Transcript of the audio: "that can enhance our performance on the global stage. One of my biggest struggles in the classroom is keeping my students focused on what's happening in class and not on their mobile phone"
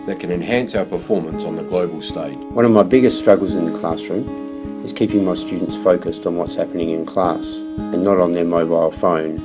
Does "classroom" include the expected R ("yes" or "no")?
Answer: yes